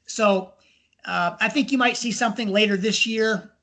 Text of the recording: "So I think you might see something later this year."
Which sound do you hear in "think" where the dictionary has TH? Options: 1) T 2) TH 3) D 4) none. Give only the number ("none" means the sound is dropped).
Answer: 2